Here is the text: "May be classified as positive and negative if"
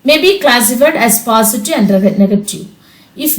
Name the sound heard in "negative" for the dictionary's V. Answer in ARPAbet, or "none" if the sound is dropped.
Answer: none